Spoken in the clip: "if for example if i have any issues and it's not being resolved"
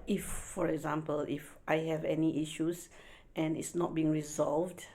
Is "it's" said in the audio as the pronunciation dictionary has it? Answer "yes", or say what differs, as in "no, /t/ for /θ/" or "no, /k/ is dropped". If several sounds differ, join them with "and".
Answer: yes